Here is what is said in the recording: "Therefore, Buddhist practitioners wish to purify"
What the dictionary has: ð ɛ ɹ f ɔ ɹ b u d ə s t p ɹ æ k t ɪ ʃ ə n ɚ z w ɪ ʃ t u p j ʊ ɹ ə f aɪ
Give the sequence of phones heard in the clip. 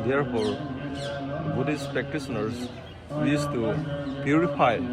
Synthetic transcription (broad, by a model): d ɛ ɹ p ɔ ɹ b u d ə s p ɹ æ k t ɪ s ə n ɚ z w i s t u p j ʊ ɹ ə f aɪ